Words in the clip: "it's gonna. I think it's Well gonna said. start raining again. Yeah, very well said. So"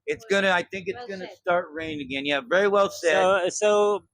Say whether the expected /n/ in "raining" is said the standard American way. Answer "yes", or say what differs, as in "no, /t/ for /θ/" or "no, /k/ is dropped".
no, /n/ is dropped